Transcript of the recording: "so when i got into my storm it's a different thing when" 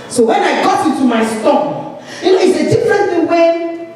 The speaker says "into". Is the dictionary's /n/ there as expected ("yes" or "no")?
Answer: no